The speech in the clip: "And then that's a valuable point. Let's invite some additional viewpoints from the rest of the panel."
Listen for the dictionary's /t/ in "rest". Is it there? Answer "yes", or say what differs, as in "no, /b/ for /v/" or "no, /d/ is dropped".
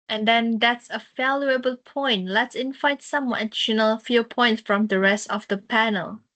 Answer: yes